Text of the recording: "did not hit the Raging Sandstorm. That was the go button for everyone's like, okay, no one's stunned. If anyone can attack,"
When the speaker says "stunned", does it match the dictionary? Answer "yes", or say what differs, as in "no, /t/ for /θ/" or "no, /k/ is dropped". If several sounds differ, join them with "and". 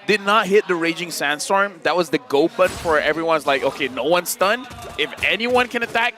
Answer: no, /d/ is dropped